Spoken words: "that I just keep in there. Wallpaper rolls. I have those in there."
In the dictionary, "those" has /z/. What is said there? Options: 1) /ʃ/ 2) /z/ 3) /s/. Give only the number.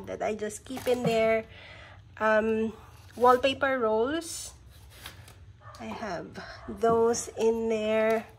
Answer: 3